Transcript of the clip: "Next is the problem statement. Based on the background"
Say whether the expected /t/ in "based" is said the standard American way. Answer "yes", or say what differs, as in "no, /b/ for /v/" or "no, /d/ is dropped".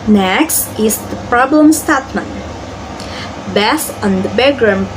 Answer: no, /t/ is dropped